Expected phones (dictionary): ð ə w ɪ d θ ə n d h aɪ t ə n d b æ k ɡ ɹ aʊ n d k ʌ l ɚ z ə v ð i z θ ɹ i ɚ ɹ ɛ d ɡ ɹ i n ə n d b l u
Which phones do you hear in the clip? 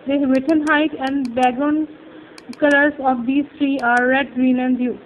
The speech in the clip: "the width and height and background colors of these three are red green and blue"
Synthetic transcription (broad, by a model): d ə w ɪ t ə n h aɪ t ə n d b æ ɡ aʊ n k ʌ l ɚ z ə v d i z t ɹ i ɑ ɹ ɛ d ɡ ɹ i n ə n d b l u